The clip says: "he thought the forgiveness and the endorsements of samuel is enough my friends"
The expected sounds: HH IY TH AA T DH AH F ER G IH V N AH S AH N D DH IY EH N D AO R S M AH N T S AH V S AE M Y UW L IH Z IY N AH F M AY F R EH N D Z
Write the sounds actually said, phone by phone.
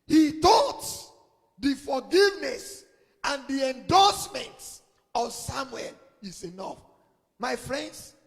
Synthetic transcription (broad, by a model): HH IY T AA T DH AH F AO G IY V N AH S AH N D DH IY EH N D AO S M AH N T AH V S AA M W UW L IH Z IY N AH F M AY F R EH N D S